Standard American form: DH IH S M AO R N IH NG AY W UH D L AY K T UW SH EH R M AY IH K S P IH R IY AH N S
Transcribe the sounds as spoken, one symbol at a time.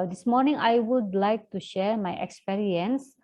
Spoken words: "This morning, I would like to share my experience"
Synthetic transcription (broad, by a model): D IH S M AO R N IH NG AY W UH D L AY K T UW SH EH R M AY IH K S P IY R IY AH N S